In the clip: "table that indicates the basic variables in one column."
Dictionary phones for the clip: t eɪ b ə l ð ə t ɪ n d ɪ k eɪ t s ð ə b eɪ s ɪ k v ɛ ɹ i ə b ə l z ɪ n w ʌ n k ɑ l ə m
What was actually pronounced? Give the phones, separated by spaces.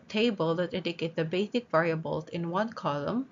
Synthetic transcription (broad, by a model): t eɪ b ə l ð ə t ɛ d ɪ k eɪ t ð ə b eɪ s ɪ k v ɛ ɹ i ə b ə l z ɪ n w ʌ n k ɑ l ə m